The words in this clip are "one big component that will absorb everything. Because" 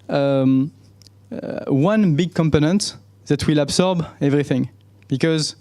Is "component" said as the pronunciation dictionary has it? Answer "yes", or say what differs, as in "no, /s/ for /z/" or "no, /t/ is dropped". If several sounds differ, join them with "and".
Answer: yes